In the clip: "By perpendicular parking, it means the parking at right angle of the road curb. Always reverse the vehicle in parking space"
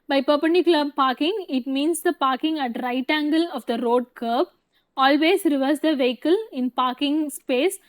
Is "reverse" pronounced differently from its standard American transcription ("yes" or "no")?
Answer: no